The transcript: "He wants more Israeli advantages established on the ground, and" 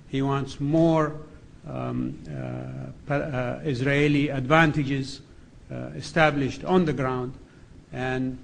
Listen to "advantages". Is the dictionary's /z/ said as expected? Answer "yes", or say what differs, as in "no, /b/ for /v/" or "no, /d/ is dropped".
yes